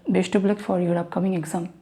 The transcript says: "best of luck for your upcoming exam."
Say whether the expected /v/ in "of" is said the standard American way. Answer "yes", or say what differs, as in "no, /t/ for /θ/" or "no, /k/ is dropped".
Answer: no, /b/ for /v/